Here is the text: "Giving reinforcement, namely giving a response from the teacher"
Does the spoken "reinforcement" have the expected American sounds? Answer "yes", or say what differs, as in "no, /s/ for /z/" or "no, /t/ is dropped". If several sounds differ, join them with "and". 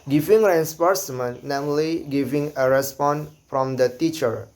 no, /p/ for /f/